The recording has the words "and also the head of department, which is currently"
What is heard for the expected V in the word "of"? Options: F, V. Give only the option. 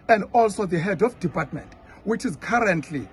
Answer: F